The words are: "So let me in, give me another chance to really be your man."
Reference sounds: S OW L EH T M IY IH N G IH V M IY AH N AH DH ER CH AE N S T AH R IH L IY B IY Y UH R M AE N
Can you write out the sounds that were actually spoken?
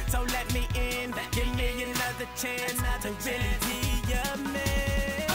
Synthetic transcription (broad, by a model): S OW L EH T M IY IH N G IH V M IY AH N AH DH ER CH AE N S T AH W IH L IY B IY Y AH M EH